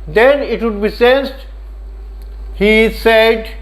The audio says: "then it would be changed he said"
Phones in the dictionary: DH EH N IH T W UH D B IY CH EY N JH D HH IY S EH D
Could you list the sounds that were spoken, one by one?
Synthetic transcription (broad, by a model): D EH N IH T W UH D B IY S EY N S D HH IY S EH D